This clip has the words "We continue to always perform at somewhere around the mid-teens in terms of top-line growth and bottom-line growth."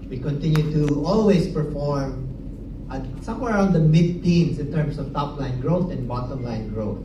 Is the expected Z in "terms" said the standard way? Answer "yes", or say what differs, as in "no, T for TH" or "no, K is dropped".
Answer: no, S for Z